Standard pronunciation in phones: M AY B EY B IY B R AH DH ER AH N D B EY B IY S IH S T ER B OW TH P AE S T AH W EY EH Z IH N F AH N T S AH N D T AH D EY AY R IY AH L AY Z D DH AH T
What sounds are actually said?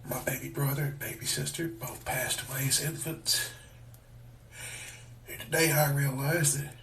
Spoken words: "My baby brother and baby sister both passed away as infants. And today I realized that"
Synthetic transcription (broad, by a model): M AY B EY B IY B R AH DH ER AH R B EY B IY S IH S T ER B OW TH P AE S T AH W EY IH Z IH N F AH N T S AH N T AH D EY AY R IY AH L AY Z DH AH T